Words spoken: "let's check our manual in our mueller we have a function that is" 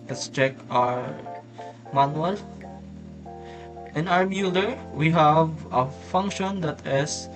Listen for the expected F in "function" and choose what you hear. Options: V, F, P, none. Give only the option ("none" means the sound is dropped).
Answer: F